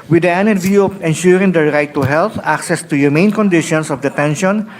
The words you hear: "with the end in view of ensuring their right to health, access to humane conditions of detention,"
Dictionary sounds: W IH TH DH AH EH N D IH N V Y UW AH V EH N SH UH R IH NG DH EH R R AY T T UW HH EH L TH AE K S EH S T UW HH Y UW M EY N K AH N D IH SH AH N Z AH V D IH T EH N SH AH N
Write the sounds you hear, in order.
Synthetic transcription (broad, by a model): W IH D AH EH N IH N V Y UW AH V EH N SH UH R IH NG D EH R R AY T T UW HH EH L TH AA K S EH S T UW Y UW M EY N K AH N D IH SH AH N S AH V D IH T EH N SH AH N